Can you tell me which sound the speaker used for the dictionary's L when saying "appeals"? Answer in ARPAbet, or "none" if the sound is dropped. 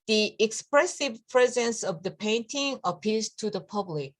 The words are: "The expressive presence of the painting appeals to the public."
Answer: none